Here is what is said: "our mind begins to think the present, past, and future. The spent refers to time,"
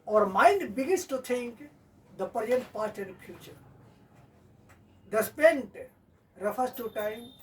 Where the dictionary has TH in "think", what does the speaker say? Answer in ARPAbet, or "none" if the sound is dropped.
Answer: T